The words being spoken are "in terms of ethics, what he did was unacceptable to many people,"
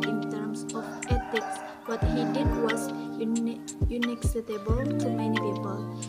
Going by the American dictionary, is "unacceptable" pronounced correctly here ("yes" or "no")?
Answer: no